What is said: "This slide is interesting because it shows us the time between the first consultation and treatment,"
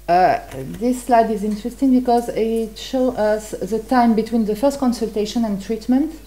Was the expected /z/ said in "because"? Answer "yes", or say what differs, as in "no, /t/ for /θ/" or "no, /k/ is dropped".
yes